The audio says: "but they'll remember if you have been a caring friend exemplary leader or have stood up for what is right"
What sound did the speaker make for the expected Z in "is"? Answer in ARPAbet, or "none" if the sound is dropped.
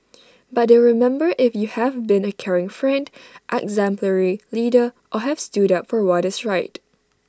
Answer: S